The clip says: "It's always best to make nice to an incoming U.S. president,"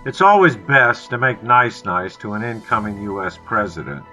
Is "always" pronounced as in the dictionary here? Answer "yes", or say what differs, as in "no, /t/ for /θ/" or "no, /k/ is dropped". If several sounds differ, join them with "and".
yes